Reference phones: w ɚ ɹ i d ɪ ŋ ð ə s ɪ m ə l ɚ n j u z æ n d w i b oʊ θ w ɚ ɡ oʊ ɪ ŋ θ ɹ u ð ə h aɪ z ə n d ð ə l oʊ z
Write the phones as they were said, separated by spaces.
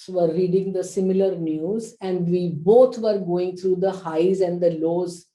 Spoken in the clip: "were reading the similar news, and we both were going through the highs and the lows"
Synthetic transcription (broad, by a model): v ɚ ɹ i d ɪ ŋ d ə s ɪ m ə l ɚ n j u z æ n d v i b oʊ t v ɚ ɡ oʊ ɪ ŋ t ɹ u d ə h aɪ z ə n d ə l oʊ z